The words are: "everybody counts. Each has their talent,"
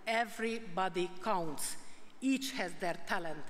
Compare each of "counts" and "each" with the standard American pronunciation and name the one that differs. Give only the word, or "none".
none